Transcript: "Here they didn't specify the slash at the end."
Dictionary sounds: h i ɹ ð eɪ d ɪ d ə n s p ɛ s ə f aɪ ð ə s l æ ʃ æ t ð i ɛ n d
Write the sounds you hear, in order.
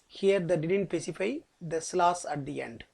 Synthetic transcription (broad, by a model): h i ɹ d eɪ d ɪ d ə n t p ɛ s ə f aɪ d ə s l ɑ s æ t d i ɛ n d